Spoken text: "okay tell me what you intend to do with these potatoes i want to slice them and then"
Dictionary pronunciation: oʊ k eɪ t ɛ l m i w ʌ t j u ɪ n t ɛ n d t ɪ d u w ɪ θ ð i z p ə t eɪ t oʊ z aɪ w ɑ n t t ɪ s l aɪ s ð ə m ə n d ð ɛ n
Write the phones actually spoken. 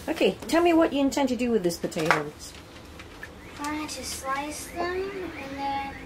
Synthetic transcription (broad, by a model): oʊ k eɪ t ɛ l m i w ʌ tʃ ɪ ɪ n t ɛ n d t ɪ d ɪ w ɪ ð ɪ s p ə t eɪ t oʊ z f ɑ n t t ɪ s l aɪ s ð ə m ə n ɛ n